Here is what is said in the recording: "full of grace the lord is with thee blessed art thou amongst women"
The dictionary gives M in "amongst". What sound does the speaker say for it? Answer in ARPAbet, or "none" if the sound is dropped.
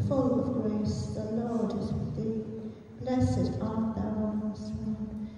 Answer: none